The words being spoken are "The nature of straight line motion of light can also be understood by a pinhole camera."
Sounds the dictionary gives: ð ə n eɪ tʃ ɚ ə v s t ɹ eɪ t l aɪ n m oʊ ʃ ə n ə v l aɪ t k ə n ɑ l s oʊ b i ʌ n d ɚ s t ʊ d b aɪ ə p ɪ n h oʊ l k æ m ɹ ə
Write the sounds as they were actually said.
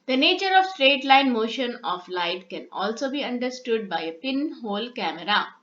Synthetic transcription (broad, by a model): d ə n eɪ tʃ ɚ ə v s t ɹ eɪ t l aɪ n m oʊ ʃ ə n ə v l aɪ t k ə n ɑ l s oʊ b i ʌ n d ɚ s t ʊ d b aɪ ə p ɪ n h oʊ l k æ m ɹ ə